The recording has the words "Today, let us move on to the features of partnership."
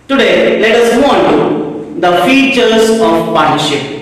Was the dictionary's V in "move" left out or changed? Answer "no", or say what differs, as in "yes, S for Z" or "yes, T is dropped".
yes, V is dropped